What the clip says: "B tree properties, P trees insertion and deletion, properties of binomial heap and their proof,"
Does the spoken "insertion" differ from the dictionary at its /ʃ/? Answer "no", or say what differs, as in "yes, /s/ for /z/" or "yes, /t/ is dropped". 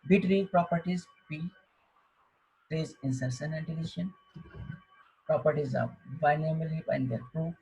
yes, /s/ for /ʃ/